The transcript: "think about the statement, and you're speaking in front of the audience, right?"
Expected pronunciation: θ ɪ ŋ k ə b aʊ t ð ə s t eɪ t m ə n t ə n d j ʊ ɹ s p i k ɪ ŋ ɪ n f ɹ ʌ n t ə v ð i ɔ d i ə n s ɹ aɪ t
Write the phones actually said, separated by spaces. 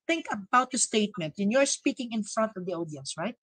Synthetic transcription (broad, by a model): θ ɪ ŋ k ə b aʊ t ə s t eɪ t m ə n t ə n j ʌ ɹ s p i k ɪ ŋ ɪ n f ɹ ʌ n t ə v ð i ɔ d i ə n s ɹ aɪ t